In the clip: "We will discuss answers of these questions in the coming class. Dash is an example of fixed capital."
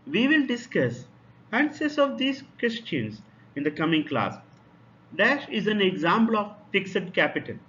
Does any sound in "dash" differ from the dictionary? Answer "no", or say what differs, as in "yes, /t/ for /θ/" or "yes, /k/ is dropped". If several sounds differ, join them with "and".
no